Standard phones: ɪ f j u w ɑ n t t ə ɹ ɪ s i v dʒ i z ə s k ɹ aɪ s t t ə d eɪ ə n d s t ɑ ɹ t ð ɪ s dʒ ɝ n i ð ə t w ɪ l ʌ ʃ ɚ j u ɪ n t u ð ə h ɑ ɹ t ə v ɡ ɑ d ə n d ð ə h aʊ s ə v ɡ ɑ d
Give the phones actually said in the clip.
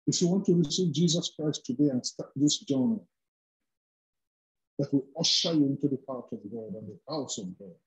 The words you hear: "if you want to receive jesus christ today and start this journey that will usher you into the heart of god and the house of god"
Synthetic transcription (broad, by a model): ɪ f j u w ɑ n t t ə ɹ ɪ s i v dʒ i z ə s k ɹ aɪ s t t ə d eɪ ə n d s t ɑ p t ð ɪ s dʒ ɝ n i ð ə t w ɪ l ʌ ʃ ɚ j ɪ n t u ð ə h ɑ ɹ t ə v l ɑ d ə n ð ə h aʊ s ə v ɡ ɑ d